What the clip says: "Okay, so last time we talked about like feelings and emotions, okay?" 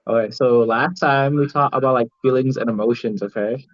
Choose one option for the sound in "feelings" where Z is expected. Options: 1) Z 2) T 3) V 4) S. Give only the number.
1